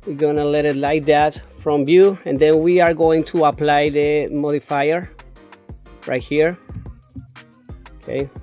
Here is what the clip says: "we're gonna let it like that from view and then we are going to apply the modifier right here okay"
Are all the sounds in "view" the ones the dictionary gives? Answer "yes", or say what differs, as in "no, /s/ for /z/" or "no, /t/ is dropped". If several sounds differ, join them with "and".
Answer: no, /b/ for /v/